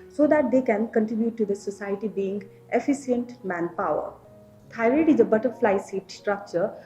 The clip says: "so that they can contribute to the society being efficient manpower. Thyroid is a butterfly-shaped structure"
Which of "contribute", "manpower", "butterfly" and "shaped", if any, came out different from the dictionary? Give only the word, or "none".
shaped